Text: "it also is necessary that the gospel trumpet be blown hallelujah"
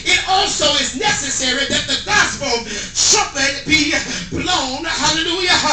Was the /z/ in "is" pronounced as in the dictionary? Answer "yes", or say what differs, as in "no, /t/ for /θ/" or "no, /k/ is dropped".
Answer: yes